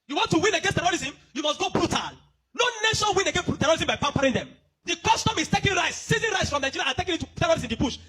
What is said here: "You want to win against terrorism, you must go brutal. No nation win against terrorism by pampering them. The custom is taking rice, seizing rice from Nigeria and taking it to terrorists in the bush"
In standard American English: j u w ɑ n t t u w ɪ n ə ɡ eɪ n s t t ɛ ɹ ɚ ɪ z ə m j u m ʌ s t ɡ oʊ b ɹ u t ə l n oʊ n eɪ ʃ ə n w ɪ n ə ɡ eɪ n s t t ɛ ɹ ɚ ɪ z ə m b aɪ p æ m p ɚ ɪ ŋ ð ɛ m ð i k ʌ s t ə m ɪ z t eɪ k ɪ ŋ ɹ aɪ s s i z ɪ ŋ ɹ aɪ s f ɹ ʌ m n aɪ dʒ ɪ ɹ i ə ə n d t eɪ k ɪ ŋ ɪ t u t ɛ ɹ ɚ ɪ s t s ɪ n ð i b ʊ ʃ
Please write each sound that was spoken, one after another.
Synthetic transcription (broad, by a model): j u w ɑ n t t u w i n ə ɡ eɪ n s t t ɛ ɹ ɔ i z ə m j u m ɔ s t ɡ oʊ b ɹ u t ə l n oʊ n eɪ ʃ ə n w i n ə ɡ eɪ n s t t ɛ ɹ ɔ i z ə m b aɪ p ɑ m p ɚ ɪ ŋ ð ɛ m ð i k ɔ s t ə m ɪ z t eɪ k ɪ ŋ ɹ aɪ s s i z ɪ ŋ ɹ aɪ s f ɹ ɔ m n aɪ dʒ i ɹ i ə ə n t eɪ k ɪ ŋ ɪ t u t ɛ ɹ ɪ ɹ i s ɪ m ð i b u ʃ